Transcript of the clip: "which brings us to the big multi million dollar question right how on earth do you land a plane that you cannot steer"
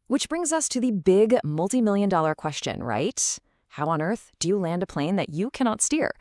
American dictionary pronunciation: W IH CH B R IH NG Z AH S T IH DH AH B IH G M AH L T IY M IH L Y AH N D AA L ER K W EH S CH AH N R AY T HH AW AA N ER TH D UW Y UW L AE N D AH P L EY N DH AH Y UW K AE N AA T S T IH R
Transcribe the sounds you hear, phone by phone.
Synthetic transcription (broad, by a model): W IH CH B R IH NG Z AH S T IH DH AH B IH G M AH L T IY M IH L Y AH N D AA L ER K W EH S CH AH N R AY T HH AW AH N ER TH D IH Y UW L AE N D AH P L EY N DH AH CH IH K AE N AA T S T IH R